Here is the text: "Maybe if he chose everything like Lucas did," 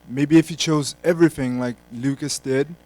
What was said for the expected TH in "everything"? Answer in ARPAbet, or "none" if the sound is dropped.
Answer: TH